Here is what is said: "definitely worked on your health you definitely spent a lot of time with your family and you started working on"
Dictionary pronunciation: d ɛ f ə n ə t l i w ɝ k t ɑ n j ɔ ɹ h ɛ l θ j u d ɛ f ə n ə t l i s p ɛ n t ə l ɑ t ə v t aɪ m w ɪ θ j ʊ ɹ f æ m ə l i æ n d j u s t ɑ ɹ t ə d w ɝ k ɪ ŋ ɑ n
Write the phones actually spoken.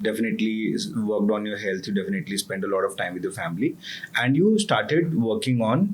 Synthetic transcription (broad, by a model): d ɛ f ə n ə t l i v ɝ k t ɑ n j ɔ ɹ h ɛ l t j u d ɛ f ə n ə t l i s p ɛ n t ə l ɑ t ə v t aɪ m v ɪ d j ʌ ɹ f æ m ə l i æ n d j u s t ɑ ɹ t ə d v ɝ k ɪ ŋ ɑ n